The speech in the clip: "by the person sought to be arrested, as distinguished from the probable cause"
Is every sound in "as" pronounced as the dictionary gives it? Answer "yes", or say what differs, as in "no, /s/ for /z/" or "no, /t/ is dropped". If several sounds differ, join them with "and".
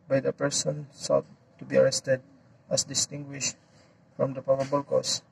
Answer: no, /s/ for /z/